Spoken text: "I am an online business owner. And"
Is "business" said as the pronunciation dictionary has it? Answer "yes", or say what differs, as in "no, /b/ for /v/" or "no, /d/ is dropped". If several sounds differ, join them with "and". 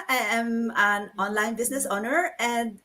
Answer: no, /s/ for /z/